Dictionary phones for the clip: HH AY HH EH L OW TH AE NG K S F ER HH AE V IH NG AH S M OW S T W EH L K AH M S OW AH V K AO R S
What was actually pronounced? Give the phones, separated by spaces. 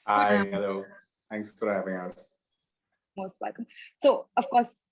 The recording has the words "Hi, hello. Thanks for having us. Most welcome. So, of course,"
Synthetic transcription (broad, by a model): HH AY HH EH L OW TH AE NG K S F ER HH AE V IH NG AH S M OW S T W EH L K AH M S OW AH V K AO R S